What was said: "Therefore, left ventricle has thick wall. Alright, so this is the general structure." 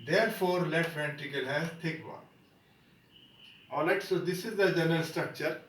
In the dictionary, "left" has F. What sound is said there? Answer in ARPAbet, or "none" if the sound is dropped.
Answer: none